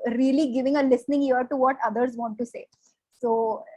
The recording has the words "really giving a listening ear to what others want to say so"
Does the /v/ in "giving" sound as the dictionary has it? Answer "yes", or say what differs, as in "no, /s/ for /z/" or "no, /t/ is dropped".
yes